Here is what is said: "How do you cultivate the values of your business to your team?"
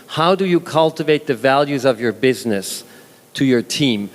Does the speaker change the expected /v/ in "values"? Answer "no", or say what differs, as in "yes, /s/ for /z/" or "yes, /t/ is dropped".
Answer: no